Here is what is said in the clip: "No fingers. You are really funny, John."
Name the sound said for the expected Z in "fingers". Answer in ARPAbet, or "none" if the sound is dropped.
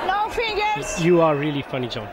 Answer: none